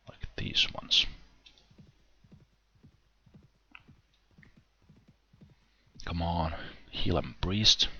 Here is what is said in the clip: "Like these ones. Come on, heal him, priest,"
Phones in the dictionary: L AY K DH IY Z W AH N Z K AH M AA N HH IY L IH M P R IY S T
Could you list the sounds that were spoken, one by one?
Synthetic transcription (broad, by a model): L AY K DH IY Z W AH N S K AH M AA N HH IY L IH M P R IY S T